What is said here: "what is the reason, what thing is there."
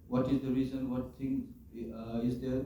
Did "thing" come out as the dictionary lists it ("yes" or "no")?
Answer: no